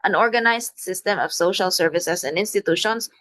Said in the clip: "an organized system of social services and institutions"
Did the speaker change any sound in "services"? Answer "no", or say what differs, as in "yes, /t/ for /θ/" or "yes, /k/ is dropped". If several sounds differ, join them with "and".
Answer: yes, /s/ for /z/